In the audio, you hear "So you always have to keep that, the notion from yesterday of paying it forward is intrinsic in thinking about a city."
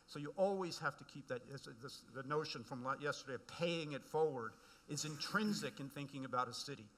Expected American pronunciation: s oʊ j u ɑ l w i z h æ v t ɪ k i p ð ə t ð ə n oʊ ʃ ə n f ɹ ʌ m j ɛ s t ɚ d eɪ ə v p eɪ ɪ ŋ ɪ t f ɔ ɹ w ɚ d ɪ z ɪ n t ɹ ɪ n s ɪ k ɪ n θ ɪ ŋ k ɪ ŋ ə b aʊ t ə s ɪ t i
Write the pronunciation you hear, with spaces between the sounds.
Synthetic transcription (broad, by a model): s oʊ j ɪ ɑ l w i z h æ f t ɪ k i p ð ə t ð ə n oʊ ʃ ə n f ɹ ʌ m j ɛ s t ɚ d eɪ ə v p eɪ ɪ ŋ ɪ t f ɔ ɹ w ɚ d ɪ z ɪ n t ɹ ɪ n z ɪ k ɪ n θ ɪ ŋ k ɪ ŋ ə b aʊ t ə s ɪ t i